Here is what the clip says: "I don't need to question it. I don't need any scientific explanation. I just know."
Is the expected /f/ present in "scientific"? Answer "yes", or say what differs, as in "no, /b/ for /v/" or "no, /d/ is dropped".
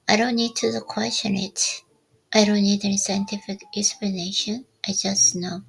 yes